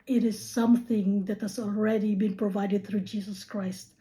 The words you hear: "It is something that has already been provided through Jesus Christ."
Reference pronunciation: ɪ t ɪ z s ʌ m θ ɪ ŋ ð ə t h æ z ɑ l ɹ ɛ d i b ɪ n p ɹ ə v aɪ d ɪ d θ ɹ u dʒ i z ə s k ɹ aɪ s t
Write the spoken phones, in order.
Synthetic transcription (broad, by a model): ɪ t ɪ z s ʌ m θ ɪ ŋ ð ə t h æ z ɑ l ɹ ɛ d i b ɪ n p ɹ ə v aɪ d ɪ d θ ɹ u dʒ i z ə s k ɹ aɪ s t